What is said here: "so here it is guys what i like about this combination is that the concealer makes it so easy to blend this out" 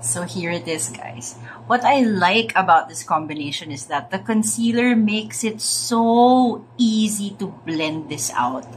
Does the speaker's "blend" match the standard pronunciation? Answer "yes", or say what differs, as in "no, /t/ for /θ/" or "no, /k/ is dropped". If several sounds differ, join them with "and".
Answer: yes